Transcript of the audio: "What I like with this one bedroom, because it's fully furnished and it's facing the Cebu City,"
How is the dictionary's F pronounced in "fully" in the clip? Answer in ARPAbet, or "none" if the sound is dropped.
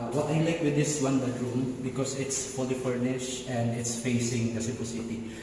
P